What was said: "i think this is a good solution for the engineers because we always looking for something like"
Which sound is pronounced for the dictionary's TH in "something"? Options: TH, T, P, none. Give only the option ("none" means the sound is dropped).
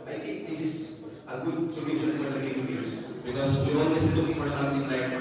T